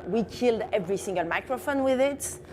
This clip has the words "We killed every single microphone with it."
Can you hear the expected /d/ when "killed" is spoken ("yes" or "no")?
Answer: yes